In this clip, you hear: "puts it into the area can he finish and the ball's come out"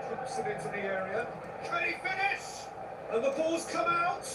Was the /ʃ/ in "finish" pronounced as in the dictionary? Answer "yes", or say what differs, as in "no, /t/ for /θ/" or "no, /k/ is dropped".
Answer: no, /s/ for /ʃ/